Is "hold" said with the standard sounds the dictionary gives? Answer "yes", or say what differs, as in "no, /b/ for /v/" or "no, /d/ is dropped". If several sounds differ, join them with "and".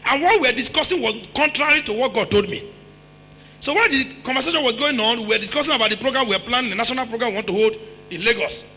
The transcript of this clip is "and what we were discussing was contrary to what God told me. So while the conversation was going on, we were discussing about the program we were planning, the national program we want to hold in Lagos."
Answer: yes